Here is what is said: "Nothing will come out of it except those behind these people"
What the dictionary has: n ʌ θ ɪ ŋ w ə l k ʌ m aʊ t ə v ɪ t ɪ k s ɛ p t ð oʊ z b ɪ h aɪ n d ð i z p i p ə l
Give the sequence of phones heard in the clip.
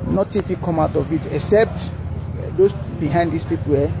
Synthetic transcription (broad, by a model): n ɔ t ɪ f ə k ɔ m aʊ t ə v ɪ t ɪ k s ɛ p t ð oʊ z b ɪ h aɪ n d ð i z p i p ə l